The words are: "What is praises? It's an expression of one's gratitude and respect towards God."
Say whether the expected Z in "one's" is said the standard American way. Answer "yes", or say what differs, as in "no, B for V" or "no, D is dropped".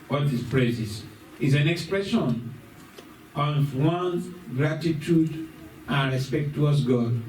no, Z is dropped